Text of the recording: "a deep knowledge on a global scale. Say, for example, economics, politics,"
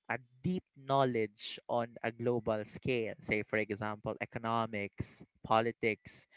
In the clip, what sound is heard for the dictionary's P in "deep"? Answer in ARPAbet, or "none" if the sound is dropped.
P